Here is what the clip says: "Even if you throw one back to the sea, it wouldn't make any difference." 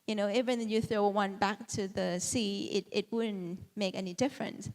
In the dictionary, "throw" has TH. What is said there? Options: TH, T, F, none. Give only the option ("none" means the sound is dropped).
TH